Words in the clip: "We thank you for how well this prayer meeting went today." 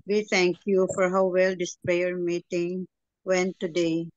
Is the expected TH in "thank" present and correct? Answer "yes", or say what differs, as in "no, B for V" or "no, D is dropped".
no, T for TH